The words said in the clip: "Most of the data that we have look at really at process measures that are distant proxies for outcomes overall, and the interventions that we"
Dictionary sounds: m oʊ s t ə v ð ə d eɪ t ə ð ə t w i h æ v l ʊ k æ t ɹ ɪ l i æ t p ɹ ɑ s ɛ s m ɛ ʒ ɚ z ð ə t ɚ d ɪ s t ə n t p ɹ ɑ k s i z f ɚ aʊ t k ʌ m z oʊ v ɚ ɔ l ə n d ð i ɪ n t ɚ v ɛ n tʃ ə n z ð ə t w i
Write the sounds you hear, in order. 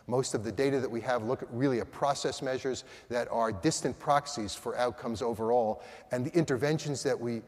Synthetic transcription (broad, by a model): m oʊ s t ə v ð ə d eɪ t ə ð ə t w i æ v l ʊ k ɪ t ɹ ɪ l i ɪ t p ɹ ɑ s ɛ s m ɛ ʒ ɚ z ð ə t ɚ d ɪ s t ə n p ɹ ɑ k s i z f ɚ aʊ t k ʌ m z oʊ v ɚ ɔ l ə n ð i ɪ n t ɚ v ɛ n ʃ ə n z ð ə t w i